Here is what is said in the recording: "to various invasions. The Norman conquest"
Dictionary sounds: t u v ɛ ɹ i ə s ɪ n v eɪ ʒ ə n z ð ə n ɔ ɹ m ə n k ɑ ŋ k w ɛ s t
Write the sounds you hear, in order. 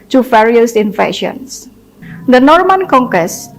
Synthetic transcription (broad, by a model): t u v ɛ ɹ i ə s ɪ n f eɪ ʃ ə n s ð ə n ɔ ɹ m ə n k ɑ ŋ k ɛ s